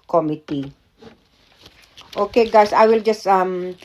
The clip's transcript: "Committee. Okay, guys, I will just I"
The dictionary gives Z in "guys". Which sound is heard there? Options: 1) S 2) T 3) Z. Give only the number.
1